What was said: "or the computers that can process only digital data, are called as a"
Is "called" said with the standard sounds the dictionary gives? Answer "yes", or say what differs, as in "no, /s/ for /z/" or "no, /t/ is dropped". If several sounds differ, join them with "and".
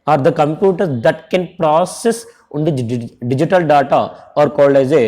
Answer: no, /d/ is dropped